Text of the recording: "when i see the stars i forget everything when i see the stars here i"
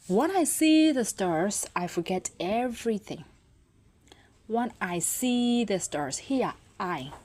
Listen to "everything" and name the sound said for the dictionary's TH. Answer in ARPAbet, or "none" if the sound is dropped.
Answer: TH